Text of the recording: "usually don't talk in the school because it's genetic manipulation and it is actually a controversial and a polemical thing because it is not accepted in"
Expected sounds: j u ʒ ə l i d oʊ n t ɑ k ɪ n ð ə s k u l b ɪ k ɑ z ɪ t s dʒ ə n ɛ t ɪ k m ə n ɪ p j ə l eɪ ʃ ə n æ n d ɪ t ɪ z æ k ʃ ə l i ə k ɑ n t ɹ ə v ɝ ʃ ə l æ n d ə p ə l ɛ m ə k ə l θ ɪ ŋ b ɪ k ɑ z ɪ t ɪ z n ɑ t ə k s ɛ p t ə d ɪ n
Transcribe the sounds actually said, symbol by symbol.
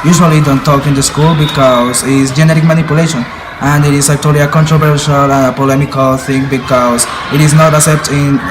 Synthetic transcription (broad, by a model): j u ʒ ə l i d oʊ n t ɑ k ɪ n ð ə s k u l b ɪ k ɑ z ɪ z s dʒ ə n ɛ t ɪ k m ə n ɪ p j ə l eɪ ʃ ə n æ n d ɪ t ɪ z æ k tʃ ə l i ə k ɑ n t ɹ ə v ɝ ʃ ə l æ n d ə p ə l ɛ m ə k ə l θ ɪ ŋ b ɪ k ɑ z ɪ t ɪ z n ɑ t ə s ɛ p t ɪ n